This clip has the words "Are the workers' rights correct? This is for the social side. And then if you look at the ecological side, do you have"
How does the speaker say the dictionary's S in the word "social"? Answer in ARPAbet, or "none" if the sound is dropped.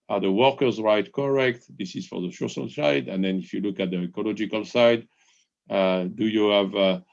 SH